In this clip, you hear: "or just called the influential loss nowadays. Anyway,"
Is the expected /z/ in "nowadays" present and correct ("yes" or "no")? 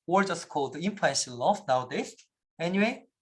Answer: no